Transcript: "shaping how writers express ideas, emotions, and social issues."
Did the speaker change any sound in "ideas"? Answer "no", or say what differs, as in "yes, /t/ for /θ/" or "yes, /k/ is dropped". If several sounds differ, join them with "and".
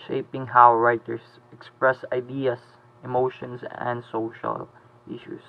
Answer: yes, /s/ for /z/